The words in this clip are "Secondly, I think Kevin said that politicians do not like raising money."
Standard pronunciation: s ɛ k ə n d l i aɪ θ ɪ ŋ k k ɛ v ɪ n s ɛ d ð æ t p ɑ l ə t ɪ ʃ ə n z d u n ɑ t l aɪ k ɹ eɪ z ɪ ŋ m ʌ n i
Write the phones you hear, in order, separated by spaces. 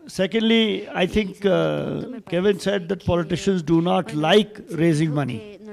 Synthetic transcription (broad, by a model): s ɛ k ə n d l i aɪ t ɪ ŋ k k ɛ v ɪ n s ɛ d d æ t p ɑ l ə t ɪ ʃ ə n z d u n ɑ t l aɪ k ɹ eɪ z ɪ ŋ m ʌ n i